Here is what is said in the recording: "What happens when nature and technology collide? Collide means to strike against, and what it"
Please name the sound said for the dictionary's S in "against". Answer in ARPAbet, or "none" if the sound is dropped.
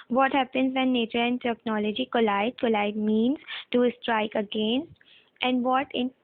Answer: none